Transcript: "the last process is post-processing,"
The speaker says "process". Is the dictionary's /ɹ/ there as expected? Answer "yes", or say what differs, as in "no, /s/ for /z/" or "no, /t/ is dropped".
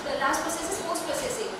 no, /ɹ/ is dropped